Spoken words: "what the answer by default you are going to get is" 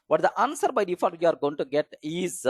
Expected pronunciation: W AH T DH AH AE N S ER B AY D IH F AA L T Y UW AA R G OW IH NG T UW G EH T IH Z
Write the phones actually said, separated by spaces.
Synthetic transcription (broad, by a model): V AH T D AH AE N S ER B AY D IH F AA T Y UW AA R G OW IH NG T UW G EH T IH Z